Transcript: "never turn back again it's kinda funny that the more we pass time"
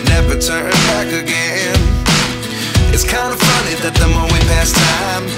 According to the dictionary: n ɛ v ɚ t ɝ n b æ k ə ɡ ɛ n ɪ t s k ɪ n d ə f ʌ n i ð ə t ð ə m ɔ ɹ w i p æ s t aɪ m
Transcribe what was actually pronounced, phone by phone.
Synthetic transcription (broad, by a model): n ɛ v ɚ t ɝ n b æ k ə ɡ ɛ n ɪ t s k ɪ n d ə f ʌ n i ð ə t ð ə m ɔ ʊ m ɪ p æ s t aɪ m